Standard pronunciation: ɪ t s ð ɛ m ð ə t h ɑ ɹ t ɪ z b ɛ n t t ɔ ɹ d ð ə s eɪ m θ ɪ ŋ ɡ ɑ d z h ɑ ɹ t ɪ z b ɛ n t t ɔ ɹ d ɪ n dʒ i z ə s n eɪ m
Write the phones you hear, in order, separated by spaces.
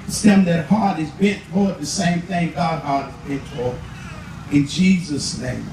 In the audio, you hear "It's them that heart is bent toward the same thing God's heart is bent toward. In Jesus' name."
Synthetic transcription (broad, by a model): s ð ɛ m ð ə t h ɑ ɹ t ɪ z b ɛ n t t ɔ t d ð ə s eɪ m θ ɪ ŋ ɡ ɑ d h ɑ ɹ t ɪ z b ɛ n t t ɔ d ɪ n dʒ i z ə s n eɪ m